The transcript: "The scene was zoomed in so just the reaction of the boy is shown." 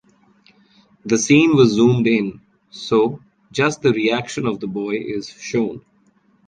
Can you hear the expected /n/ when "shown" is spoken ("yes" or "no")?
yes